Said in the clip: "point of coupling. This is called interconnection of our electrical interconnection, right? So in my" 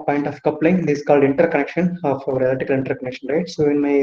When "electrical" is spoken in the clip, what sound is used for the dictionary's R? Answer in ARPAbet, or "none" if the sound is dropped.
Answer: none